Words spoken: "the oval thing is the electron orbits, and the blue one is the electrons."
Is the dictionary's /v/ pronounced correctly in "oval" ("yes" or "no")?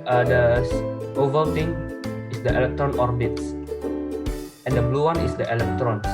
yes